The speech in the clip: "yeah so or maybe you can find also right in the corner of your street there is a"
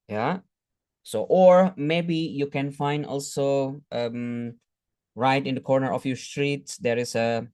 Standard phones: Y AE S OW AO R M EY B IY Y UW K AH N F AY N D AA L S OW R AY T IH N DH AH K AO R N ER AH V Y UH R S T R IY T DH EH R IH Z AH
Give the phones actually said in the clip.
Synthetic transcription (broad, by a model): Y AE S OW AO R M EY B IY Y UW K AH N F AY N D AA L S OW R AY T IH N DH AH K AO R N ER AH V Y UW S T R IY T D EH R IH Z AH